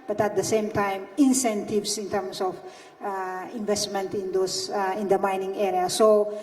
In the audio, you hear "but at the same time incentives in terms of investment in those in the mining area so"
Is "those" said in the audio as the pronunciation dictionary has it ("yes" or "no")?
no